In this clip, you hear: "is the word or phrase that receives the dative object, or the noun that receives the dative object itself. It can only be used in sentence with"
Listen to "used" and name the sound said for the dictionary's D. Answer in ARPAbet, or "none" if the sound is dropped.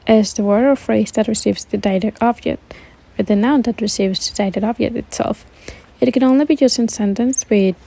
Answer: none